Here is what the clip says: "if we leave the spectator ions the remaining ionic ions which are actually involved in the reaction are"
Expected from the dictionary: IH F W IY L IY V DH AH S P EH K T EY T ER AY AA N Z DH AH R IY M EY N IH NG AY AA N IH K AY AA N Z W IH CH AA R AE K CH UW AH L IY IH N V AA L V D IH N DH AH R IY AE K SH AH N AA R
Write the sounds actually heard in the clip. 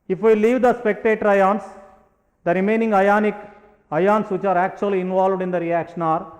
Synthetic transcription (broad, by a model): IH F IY L IY V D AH S P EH K T EY T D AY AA N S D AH R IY M EY N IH NG AY AA N IH K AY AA N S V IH CH AA R AE K CH UW AH L IY IH N V AA L V D IH N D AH R IY AE K SH AH N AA R